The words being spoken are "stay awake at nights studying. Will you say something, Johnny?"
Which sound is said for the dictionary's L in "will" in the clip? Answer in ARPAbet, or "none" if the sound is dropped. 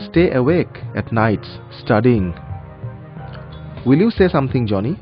L